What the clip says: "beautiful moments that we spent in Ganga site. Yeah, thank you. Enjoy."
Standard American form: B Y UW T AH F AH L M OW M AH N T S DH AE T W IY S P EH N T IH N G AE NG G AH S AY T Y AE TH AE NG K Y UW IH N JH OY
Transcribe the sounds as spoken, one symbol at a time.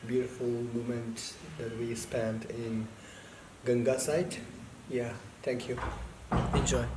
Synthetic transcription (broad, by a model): B Y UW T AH F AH L M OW M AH N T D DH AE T W IY S P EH N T IH N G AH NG G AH S AY T Y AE T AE NG K Y UW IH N JH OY